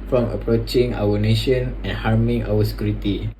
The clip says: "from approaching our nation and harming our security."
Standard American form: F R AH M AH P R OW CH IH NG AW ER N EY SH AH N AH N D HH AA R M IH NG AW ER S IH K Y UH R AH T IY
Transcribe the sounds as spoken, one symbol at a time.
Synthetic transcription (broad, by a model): F R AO M AH P R OW CH IH NG AW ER N EY SH AH N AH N HH AA R M IH NG AW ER S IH K Y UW R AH T IY